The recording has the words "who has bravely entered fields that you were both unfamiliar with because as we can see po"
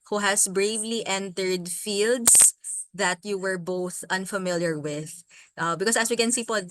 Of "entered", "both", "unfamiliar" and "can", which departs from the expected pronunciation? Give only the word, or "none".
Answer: none